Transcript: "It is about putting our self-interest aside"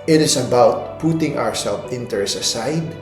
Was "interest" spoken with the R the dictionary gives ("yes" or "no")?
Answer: no